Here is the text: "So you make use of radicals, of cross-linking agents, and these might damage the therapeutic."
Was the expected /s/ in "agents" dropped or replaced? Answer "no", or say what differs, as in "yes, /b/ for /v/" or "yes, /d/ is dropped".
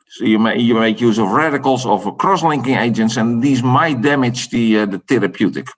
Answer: no